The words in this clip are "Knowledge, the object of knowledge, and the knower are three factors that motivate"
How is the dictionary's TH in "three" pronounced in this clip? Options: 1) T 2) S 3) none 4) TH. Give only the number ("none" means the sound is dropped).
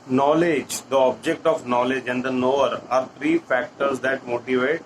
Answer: 1